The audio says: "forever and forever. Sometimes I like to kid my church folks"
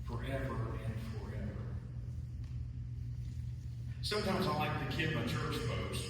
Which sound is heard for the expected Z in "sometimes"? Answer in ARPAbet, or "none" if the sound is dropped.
Z